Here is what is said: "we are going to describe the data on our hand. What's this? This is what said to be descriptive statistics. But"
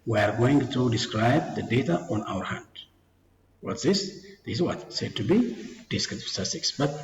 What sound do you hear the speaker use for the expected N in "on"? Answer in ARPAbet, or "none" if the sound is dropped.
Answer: N